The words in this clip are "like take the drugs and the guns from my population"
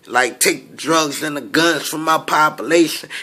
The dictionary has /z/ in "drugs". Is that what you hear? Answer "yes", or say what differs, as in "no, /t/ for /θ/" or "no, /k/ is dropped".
yes